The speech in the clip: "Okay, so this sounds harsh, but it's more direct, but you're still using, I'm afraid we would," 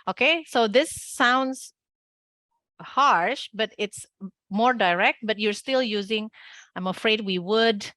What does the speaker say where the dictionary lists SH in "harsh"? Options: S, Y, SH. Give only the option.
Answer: SH